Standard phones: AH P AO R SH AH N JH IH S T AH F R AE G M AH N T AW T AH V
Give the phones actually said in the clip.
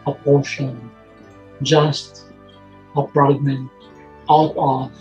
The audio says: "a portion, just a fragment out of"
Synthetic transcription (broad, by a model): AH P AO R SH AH N JH IH S T AH P R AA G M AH N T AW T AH